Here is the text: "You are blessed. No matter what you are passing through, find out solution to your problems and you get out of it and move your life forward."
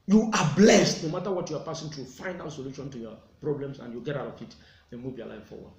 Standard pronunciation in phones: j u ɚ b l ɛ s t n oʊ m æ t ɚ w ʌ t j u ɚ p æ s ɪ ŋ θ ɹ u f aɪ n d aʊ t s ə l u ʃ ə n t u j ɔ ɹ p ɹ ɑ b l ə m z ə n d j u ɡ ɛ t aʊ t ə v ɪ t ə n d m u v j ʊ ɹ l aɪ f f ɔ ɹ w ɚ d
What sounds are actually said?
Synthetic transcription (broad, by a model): j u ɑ b l ɛ s t n oʊ m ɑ t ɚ w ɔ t j u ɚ p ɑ s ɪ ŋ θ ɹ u f aɪ n aʊ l s ə l u ʃ ə n t u j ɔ p ɹ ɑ b l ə m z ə n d j u ɡ ɛ t aʊ t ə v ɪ t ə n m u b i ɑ l aɪ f f ɔ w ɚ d